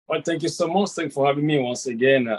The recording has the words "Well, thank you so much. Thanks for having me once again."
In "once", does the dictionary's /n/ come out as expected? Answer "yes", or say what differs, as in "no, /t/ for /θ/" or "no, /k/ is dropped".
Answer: yes